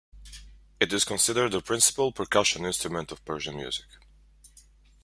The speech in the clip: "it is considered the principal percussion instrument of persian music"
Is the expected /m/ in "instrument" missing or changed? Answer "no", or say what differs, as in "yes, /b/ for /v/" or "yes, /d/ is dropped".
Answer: no